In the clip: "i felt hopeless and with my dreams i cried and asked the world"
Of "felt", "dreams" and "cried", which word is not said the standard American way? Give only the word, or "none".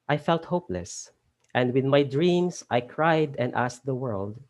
dreams